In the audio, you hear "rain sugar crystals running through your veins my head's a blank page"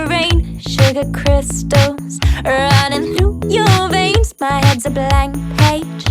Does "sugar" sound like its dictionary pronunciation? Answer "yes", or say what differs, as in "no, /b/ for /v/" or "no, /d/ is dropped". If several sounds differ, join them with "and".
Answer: yes